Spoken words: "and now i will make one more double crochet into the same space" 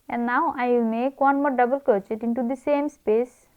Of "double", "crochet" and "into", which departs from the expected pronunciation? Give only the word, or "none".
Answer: crochet